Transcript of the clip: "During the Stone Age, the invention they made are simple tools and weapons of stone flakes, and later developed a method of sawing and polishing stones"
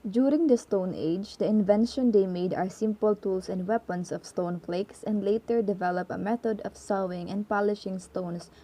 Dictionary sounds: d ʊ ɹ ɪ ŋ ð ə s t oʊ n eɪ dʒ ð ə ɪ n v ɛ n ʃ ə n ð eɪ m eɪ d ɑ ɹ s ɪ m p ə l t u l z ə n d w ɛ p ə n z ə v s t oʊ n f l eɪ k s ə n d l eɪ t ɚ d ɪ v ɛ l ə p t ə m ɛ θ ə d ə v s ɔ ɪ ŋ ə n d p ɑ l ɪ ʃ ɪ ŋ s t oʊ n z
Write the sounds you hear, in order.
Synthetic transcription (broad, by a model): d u ɹ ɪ ŋ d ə s t oʊ n eɪ dʒ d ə ɪ n v ɛ n ʃ ə n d eɪ m eɪ d ɑ ɹ s ɪ m p ə l t u l s ə n d w ɛ p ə n s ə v s t oʊ n f l eɪ k s ə n d l eɪ t ɚ d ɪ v ɛ l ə p ə m ɛ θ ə d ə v s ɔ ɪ ŋ ə n d p ɑ l ɪ ʃ ɪ ŋ s t oʊ n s